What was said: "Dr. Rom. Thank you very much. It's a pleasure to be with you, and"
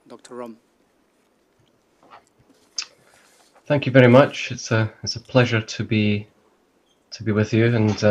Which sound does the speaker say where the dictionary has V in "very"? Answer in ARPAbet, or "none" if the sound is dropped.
V